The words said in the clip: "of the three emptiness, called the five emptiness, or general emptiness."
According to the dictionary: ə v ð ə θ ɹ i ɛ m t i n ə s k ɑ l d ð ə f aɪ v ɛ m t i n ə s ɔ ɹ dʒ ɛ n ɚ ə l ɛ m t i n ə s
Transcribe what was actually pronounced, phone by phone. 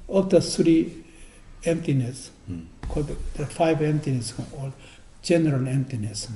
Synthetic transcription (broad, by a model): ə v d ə s ɹ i ɛ m t i n ə s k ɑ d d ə f aɪ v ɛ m t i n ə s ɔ l dʒ ɛ n ɚ ə l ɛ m t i n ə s